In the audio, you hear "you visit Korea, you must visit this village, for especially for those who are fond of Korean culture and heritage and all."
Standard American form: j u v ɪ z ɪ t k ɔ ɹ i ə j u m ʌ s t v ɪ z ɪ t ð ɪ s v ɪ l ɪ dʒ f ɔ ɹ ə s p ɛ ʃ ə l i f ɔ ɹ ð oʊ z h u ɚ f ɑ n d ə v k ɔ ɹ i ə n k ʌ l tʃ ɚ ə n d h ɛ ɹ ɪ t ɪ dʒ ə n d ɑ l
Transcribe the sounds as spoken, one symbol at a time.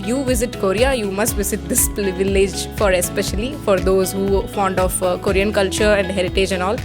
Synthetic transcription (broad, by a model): j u v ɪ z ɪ t k ɔ ɹ i ə j u m ʌ s t v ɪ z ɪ t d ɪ s v ɪ l ɪ dʒ f ɔ ɹ ə s p ɛ ʃ ə l i f ɔ ɹ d oʊ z h u f ɑ n d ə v k ɔ ɹ i ə n k ʌ l tʃ ɚ ə n d h ɛ ɹ ɪ t ɪ dʒ ə n d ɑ l